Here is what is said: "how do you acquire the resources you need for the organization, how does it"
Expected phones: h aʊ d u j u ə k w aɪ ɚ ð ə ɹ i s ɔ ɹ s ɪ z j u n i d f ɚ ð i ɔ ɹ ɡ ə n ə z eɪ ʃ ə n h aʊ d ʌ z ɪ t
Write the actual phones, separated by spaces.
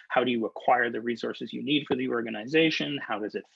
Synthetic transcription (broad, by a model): h aʊ d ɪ j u ə k w aɪ ɚ ð ə ɹ i s ɔ ɹ s ɪ z j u n i d f ɚ ð i ɔ ɹ ɡ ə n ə z eɪ ʃ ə n h aʊ d ʌ z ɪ t